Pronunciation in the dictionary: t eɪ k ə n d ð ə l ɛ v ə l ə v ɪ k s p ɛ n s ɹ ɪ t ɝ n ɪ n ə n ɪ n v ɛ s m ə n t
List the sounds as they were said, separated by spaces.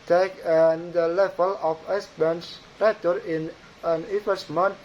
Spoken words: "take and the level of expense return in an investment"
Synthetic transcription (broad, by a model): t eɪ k ə n d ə l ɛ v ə l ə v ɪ s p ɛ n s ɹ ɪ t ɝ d ɪ n ə n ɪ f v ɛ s m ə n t